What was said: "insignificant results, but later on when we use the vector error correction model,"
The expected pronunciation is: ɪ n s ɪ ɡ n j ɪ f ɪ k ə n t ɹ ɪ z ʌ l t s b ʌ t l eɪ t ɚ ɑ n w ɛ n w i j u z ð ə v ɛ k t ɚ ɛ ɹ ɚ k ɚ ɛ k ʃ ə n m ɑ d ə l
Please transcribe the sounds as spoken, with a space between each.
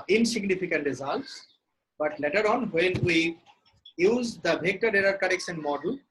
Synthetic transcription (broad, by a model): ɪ n s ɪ ɡ n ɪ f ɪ k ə n t ɹ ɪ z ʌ l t s b ʌ t l eɪ t ɚ ɑ n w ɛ n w i j u z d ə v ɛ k t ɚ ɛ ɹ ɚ k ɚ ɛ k s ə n m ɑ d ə l